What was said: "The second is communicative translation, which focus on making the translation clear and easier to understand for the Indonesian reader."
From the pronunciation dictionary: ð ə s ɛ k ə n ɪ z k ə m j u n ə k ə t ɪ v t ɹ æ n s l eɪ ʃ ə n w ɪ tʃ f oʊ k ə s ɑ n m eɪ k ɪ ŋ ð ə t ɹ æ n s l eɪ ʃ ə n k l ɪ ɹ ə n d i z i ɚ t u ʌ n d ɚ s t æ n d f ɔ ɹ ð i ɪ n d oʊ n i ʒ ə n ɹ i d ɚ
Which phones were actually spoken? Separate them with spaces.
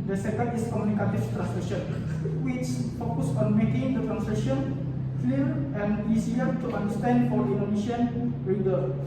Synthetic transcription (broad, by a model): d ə s ɛ k ə n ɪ s k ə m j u n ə k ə t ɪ f t ɹ æ n s l eɪ ʃ ə n w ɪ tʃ f oʊ k ə s ɑ n m eɪ k ɪ ŋ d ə t ɹ æ n s l eɪ ʃ ə n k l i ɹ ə n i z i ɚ t u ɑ n d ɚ s t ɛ n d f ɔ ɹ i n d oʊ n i ʃ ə n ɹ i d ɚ